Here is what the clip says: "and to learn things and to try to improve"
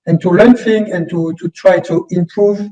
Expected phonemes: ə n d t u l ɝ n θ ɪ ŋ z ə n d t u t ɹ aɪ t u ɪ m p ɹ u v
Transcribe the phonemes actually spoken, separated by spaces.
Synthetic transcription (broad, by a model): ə n t u l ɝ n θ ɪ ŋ ə n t t u t ɹ aɪ t u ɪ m p ɹ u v